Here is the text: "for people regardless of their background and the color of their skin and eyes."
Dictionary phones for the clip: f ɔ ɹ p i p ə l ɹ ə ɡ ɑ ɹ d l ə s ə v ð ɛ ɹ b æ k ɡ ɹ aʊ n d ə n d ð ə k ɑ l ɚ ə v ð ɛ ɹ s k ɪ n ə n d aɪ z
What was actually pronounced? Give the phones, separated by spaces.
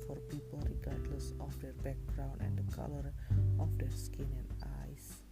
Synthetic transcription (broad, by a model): f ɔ ɹ p i p ə l ɹ ə ɡ ɑ ɹ d l ə s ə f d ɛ ɹ b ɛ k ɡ ɹ aʊ n ə n d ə k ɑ l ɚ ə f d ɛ ɹ s k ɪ n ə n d aɪ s